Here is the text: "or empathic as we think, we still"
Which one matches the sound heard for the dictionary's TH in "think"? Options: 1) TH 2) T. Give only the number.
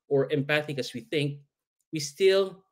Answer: 1